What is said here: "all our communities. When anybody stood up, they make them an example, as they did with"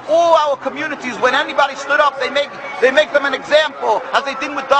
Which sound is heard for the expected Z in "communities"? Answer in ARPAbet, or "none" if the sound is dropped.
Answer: Z